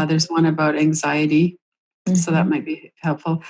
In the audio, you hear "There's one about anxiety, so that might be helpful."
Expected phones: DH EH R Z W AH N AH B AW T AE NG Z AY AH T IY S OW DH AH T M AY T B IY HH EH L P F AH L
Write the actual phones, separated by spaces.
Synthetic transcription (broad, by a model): DH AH R Z W AH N AH B AW T AE NG Z AY AH T IY S OW DH AH T M AY T B IY HH EH L P F L